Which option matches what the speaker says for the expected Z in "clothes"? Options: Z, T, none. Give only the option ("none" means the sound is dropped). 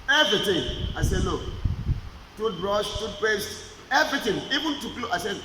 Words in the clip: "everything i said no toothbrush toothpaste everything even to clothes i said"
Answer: none